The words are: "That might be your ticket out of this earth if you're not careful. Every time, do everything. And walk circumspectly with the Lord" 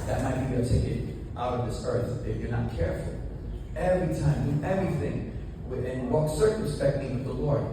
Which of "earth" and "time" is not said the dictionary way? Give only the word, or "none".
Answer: none